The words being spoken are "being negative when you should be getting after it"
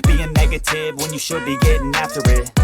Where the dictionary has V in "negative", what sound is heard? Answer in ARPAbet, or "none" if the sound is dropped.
V